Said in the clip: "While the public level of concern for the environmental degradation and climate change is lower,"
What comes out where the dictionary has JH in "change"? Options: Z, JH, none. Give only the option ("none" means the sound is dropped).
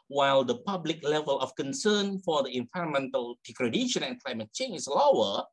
none